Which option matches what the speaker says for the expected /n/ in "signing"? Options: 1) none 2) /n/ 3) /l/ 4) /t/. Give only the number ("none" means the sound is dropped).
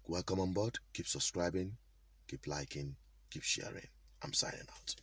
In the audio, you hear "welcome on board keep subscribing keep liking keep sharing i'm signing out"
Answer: 1